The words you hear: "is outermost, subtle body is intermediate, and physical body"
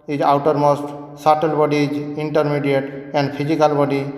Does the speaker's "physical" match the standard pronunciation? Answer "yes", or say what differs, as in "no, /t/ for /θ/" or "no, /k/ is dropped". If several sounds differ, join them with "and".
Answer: no, /p/ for /f/